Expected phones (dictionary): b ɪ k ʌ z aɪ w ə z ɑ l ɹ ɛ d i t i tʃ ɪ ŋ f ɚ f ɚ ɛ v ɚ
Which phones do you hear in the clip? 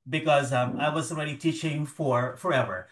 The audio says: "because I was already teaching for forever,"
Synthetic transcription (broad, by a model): b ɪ k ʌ z aɪ w ə z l ɹ ɛ d i t i tʃ ɪ ŋ f ɚ f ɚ ɛ v ɚ